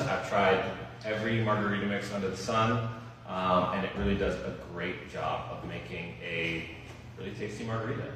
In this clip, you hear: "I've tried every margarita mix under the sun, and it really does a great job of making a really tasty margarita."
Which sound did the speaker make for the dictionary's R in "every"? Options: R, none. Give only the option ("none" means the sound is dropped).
R